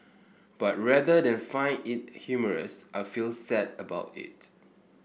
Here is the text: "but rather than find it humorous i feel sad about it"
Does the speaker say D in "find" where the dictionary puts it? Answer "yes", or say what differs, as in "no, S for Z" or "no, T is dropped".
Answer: no, D is dropped